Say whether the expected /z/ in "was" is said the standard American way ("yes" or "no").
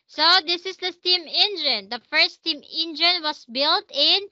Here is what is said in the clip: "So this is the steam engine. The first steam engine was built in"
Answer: no